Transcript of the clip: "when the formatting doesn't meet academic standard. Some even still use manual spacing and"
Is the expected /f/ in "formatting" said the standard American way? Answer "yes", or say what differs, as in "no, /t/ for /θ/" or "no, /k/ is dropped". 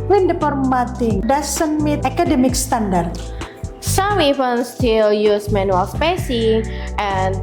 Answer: no, /p/ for /f/